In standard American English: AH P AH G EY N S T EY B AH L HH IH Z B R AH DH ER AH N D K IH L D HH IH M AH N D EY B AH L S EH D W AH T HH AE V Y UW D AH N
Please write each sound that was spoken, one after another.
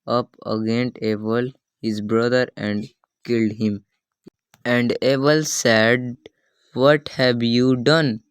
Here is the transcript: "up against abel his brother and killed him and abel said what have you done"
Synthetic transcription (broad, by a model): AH P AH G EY N T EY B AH L HH IH Z B R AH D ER AH N D K IH L D HH IH M AH N D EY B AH L S EH D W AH T HH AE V Y UW D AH N